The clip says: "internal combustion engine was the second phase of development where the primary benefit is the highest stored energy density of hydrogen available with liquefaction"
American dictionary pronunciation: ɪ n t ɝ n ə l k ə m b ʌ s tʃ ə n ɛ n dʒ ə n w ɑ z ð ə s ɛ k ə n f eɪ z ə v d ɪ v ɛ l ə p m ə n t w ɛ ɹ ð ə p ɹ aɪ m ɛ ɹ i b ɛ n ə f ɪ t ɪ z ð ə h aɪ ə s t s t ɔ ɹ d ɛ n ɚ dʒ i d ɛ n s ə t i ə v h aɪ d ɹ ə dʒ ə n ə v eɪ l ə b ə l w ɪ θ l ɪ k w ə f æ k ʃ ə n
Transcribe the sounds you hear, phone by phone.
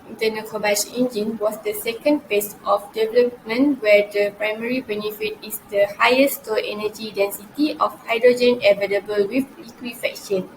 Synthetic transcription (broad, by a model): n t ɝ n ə k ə b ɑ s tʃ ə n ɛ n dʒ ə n w ɑ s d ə s ɛ k ə n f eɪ s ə f d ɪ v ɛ l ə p m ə n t w ɛ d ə p ɹ aɪ m ɛ ɹ i b ɛ n ə f ɪ t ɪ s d ə h aɪ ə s s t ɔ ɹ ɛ n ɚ dʒ i d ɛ n s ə t i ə f h aɪ d ɹ ə dʒ ə n ə v eɪ l ə b ə l w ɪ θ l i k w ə f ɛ k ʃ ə n